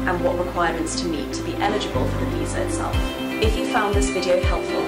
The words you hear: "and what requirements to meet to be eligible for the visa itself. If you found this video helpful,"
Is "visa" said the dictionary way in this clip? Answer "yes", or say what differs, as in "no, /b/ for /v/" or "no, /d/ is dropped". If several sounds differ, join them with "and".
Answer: no, /p/ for /v/